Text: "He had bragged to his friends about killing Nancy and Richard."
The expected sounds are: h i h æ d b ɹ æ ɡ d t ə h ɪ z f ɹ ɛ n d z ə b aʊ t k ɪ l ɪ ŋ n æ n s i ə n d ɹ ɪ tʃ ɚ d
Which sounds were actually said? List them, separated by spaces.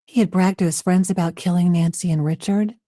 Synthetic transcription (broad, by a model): h i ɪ d b ɹ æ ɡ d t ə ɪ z f ɹ ɛ n d z ə b aʊ t k ɪ l ɪ ŋ n æ n s i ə n ɹ ɪ tʃ ɚ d